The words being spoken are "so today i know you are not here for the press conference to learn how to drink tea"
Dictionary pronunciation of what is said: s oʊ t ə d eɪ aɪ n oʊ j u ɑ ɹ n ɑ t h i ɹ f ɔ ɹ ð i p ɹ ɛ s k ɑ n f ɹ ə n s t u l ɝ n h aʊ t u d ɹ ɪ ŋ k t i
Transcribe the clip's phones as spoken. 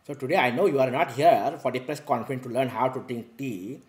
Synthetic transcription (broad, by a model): s oʊ t ə d eɪ aɪ n oʊ j u ɑ ɹ n ɑ t h i ɹ f ɔ ɹ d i p ɹ ɛ s k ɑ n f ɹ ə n t u l ɝ n h aʊ t u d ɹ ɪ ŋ k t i